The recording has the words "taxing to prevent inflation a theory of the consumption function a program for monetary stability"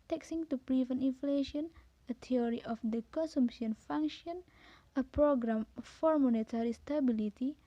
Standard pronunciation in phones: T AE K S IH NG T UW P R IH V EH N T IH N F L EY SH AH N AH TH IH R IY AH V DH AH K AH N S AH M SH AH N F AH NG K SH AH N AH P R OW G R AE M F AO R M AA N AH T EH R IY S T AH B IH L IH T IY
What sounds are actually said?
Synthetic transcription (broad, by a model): T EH K S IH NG T UW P R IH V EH N IH N F L EY SH AH N AH T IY R IY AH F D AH K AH N S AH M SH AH N F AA NG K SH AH N AH P R OW G R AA M F AO R M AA N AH T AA R IY S T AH B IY L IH T IY